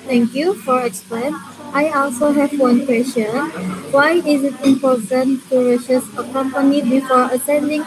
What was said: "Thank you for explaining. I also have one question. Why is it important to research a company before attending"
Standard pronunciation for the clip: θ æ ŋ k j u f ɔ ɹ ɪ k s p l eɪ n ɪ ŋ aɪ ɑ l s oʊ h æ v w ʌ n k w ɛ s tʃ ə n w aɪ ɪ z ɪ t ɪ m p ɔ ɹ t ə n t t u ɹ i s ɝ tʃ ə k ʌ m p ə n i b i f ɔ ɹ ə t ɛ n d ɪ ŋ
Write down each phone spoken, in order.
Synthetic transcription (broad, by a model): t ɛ ŋ k j u f ɔ ɹ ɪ k s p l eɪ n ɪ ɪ ɑ l s oʊ h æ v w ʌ n k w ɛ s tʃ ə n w aɪ ɪ z ɪ t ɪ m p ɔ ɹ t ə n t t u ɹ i ʃ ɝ s ə k ʌ m p ə n i b i f ɔ ɹ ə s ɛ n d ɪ ŋ